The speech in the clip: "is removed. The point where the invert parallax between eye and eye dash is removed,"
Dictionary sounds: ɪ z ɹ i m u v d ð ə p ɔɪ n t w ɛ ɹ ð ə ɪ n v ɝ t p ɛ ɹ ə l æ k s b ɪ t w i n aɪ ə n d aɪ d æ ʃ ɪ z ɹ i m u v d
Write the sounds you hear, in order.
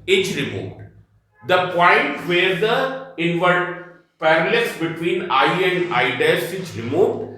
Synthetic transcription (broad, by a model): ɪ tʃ ɹ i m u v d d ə p ɔɪ n t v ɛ ɹ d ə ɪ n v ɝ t p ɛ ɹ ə l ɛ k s b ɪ t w i n aɪ ə n d aɪ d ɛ s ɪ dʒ ɹ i m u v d